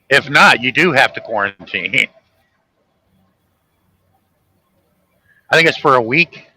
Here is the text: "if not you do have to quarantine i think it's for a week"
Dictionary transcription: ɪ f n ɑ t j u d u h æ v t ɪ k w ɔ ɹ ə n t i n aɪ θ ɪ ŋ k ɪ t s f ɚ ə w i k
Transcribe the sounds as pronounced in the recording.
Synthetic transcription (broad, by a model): ɪ f n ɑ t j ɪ d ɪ h æ f t ɪ k w ɔ ɹ ə n t i n aɪ θ ɪ ŋ k ɪ t s f ɚ ə w i k